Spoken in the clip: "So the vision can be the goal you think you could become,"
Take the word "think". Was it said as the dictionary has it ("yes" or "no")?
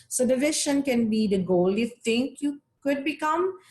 no